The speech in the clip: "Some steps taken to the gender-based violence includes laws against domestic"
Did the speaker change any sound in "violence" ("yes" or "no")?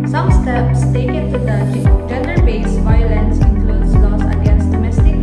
no